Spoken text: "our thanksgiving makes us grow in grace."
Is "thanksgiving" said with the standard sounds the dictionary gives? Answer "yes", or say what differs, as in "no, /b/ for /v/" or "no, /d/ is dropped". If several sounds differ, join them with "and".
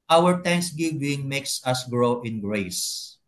no, /t/ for /θ/